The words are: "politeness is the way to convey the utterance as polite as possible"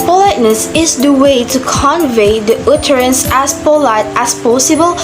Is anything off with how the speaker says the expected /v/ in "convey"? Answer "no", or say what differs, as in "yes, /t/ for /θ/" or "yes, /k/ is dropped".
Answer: no